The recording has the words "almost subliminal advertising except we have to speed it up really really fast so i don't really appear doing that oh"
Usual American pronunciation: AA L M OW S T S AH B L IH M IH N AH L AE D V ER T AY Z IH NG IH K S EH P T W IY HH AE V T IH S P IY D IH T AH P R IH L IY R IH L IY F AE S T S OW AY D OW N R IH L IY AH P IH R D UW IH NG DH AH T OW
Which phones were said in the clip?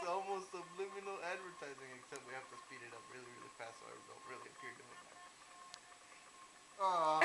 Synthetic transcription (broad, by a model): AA L M OW S T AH B L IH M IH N L AE D V ER T AY Z IH NG IH K S EH P T W IY HH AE F T IH S P IY D IH T AH P R IH L IY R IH L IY P AE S S AY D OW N R IH L IY AH P IH R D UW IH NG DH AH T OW